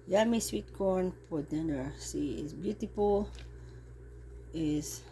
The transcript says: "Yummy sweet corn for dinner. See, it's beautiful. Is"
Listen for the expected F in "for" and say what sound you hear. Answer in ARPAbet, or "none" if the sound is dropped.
P